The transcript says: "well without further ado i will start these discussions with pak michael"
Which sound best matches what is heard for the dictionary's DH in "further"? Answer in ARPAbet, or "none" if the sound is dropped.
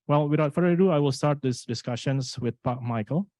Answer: none